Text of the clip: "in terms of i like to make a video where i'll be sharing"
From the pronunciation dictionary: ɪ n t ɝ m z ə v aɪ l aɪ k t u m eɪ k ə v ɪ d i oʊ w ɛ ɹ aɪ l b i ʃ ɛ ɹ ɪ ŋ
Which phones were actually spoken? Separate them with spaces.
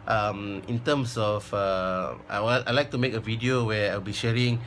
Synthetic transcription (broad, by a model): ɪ n t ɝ m s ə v aɪ l aɪ k t u m eɪ k ə v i d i oʊ w ɛ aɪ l b i ʃ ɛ ɹ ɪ ŋ